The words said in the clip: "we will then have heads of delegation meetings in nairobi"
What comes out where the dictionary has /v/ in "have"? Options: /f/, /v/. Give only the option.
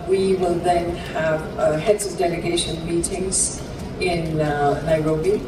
/v/